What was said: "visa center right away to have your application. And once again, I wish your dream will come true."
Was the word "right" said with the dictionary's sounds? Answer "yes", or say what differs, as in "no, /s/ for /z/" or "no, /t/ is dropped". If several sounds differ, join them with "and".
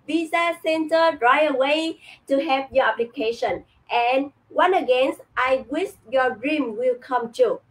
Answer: no, /t/ is dropped